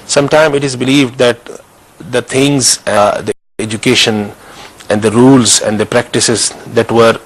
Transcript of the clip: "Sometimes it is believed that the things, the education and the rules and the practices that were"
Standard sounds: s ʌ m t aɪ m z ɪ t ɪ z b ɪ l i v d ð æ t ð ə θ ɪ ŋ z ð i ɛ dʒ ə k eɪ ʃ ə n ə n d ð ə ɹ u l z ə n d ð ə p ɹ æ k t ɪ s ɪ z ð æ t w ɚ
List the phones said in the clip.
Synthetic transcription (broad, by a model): s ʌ m t aɪ m ɪ t ɪ z b ɪ l i v d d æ t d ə t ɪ ŋ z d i ɛ dʒ ə k eɪ ʃ ə n ə n d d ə ɹ u l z ə n d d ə p ɹ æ k t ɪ s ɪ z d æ t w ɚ